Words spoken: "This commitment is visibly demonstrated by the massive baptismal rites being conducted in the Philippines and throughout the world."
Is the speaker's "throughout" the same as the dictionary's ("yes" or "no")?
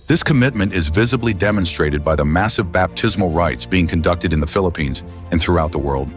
yes